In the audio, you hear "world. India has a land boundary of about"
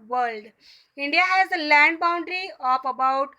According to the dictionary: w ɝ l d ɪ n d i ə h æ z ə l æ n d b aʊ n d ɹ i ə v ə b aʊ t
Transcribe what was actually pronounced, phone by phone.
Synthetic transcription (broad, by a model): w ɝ l d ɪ n d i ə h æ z ə l æ n d b aʊ n d ɹ i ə p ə b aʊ t